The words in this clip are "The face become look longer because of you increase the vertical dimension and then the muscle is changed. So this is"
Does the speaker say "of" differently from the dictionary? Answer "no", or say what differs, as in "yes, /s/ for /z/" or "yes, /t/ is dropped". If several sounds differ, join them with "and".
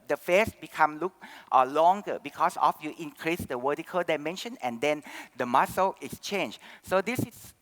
yes, /f/ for /v/